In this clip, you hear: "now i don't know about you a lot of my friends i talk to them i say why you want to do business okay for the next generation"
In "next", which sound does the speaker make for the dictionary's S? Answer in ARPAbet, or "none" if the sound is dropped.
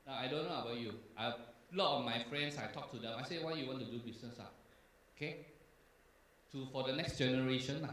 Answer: S